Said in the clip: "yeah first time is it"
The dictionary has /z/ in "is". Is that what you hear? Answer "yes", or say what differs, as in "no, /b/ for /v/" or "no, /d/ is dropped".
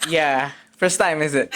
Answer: yes